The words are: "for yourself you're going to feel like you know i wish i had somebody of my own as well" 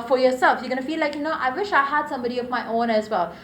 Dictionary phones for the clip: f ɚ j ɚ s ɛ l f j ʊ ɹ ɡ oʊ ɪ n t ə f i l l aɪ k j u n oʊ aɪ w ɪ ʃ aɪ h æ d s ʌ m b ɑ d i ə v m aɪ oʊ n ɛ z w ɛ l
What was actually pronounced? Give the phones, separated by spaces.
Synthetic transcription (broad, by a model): f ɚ j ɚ s ɛ l f j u ɡ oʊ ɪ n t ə f i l l aɪ k j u n oʊ aɪ w ɪ ʃ aɪ h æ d s ʌ m b ɑ d i ə v m aɪ oʊ n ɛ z w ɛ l